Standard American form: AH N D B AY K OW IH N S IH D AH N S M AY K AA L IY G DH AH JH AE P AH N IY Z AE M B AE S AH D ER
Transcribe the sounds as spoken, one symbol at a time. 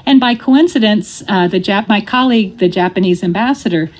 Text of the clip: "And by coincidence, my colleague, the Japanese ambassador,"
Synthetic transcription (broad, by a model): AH N B AY K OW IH N S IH D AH N S M AY K AA L IY G DH AH JH AE P AH N IY Z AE M B AE S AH D ER